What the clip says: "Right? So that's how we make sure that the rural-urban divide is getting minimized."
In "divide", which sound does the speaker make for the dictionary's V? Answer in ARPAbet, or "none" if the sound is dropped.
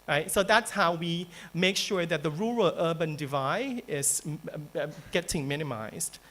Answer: V